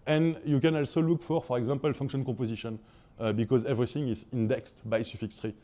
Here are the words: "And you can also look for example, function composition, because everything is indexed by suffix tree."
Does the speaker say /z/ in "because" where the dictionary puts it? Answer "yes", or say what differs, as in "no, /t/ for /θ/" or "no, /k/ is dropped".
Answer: yes